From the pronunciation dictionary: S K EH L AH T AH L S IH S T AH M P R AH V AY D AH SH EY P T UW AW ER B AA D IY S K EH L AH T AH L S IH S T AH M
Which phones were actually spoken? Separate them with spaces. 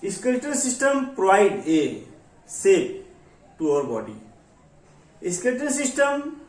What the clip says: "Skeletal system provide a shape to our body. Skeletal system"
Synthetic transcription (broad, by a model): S K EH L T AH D S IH S T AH M P R AH V AY D AH S EY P T UW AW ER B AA D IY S K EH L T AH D S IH S T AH M